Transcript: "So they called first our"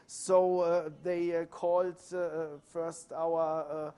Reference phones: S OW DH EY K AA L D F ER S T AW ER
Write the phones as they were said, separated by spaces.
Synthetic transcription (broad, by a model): S OW DH EY K AA L D F ER S T AW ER